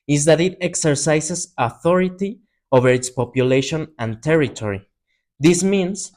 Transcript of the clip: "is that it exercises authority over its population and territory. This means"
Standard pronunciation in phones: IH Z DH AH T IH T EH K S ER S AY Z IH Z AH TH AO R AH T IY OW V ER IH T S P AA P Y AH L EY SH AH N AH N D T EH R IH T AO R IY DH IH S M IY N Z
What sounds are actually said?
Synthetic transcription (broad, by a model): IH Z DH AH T IH T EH K S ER S AY S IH S AH TH AO R AH T IY OW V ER IH T S P AA P Y AH L EY SH AH N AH N T EH R IH T AO R IY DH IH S M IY N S